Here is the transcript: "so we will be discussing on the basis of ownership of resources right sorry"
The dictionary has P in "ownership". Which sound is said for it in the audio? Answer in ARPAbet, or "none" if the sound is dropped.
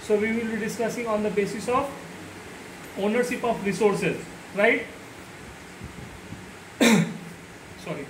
P